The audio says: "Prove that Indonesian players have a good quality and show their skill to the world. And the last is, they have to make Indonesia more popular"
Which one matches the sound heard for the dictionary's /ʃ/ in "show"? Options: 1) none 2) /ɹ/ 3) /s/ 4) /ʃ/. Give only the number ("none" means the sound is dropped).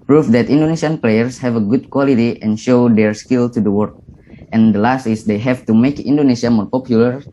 4